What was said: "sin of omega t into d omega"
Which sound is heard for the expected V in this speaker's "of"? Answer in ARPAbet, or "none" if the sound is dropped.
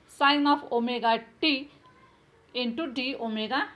P